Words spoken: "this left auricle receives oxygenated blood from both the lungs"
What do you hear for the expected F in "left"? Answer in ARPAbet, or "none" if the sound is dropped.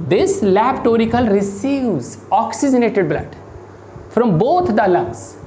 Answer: P